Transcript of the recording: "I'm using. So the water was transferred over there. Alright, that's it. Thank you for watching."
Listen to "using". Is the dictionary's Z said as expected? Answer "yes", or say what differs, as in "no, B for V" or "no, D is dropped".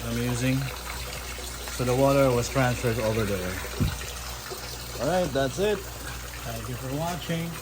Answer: yes